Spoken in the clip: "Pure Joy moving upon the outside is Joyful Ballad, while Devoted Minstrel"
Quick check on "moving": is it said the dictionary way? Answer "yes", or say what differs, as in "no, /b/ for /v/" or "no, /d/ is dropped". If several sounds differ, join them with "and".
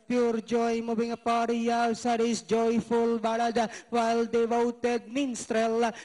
no, /b/ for /v/